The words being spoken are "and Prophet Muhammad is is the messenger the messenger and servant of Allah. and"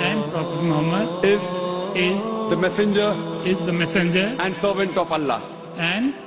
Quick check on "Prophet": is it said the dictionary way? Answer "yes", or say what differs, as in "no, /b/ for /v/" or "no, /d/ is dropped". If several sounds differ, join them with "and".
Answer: no, /p/ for /f/